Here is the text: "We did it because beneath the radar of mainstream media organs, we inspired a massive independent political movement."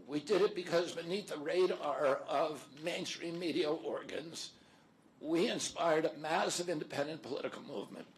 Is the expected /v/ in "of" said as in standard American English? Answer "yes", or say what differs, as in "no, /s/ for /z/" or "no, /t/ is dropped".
yes